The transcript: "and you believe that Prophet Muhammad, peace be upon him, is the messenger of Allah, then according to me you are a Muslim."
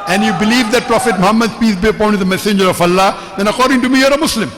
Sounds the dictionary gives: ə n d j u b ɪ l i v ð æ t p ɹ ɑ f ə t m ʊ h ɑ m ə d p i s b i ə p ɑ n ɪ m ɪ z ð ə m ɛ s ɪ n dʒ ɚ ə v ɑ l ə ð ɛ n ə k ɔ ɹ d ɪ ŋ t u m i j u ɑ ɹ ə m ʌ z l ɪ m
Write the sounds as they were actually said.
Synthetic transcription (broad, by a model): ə n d j u b ɪ l i v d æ t p ɹ ɑ f ə t m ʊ h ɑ m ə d p i s b i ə p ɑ ɪ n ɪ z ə m ɛ s ɪ n dʒ ɚ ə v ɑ l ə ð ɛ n ə k ɔ ɹ d ɪ ŋ t u m i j ɑ ɹ ə m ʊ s l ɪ m